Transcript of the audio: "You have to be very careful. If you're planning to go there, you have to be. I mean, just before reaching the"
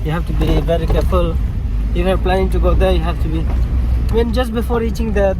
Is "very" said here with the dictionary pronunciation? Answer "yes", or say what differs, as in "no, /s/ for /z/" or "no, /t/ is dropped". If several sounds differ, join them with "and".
no, /b/ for /v/